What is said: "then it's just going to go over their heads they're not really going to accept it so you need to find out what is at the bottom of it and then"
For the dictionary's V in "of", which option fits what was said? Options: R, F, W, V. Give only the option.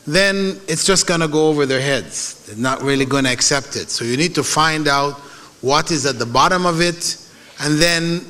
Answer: V